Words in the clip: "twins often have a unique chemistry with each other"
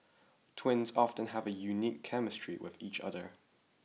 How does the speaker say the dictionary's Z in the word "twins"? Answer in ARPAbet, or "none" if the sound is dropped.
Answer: Z